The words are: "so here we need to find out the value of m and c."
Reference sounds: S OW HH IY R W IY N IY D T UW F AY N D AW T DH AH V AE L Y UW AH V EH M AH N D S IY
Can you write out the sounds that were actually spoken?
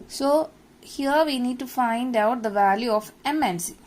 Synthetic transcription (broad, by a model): S OW HH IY R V IY N IY D T UW F AY N D AW T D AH V AE L Y UW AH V EH M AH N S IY